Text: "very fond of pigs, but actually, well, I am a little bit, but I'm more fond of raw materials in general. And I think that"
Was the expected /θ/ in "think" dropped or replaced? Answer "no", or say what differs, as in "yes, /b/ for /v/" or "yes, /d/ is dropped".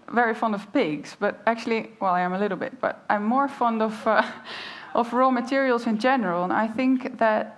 no